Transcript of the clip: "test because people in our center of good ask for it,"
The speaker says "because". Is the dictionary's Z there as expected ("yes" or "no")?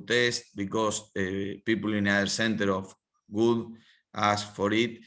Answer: no